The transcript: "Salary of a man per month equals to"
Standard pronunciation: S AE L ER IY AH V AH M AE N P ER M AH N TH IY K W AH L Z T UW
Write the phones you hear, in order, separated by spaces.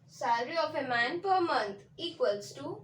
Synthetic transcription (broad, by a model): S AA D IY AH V AH M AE N P ER M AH N T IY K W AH L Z T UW